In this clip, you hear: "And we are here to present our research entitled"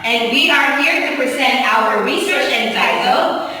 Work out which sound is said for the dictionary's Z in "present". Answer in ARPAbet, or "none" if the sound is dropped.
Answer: S